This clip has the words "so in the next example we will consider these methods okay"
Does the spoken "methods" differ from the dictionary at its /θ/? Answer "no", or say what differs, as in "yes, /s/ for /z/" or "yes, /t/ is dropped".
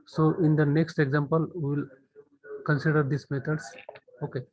yes, /t/ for /θ/